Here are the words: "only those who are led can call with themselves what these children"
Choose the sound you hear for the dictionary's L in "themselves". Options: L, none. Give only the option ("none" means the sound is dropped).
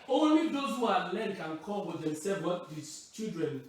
none